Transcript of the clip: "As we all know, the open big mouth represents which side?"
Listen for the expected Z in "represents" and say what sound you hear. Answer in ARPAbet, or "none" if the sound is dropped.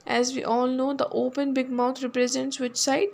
Z